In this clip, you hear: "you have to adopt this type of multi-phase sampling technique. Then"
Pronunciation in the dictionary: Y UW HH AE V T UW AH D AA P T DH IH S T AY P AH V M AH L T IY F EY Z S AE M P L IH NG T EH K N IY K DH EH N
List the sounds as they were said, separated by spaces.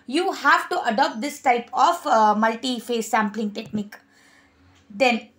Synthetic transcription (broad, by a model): Y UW HH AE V T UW AH D AA P T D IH S T AY P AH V M AH L T IY F EY S AE M P L IH NG T EH K N IY K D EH N